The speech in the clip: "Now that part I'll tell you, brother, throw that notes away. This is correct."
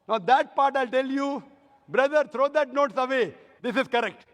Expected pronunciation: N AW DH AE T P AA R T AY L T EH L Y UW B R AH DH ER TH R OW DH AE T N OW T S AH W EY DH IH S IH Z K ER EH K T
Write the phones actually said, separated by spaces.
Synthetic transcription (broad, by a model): N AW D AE T P AA R T AY L T EH L Y UW B R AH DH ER T R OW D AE T N OW T S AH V EY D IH S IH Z K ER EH K T